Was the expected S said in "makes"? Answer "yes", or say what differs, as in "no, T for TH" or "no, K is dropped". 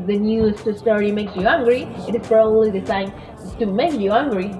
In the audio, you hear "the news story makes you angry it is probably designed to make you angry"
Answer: yes